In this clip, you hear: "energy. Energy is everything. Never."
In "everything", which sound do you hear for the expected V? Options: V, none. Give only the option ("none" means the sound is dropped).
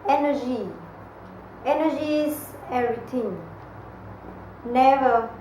none